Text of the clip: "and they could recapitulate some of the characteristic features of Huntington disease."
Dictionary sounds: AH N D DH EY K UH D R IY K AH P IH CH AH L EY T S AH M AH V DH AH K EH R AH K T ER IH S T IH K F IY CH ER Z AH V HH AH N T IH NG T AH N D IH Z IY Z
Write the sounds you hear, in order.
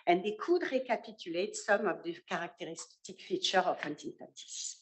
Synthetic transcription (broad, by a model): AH N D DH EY K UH D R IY K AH P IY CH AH L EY T S AH M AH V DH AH K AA R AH K T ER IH S T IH K F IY CH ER AH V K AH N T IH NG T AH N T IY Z